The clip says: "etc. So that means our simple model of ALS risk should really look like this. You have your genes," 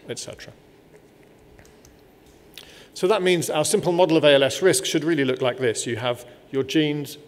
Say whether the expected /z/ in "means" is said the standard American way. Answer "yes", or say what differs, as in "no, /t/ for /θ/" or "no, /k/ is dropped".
yes